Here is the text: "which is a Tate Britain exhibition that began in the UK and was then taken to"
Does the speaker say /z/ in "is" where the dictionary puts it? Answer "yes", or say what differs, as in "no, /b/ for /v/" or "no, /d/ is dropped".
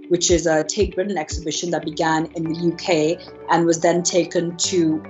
yes